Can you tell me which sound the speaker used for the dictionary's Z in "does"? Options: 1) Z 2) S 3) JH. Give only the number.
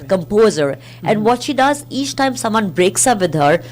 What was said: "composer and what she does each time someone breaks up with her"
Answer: 1